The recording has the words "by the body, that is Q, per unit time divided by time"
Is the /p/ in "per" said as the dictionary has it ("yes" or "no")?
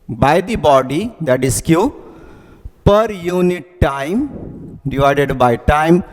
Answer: yes